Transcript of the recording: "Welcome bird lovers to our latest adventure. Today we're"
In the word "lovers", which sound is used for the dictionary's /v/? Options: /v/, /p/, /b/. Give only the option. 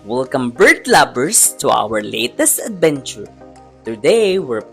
/b/